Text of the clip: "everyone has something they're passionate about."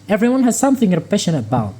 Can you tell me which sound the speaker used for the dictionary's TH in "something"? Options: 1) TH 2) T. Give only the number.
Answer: 1